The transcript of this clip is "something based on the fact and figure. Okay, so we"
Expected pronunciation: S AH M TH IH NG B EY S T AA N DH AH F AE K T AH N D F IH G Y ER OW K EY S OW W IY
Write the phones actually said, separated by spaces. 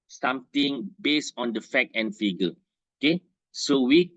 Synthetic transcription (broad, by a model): S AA M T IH NG B EY S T AA N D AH F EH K AH N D F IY G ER OW K EY S OW W IY